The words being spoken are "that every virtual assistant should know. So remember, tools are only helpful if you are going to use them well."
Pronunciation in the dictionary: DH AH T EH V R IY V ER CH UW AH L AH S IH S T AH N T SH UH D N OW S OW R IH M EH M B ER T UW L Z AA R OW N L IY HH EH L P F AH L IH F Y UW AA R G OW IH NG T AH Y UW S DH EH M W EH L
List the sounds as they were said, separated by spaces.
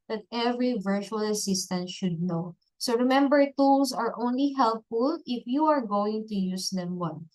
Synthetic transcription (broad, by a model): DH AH T EH V R IY V ER CH UW AH L AH S IH S T AH N T SH UH D N OW S OW R IH M EH M B ER T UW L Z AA R OW N L IY HH EH L P F AH L IH F Y UW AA R G OW IH NG T AH Y UW S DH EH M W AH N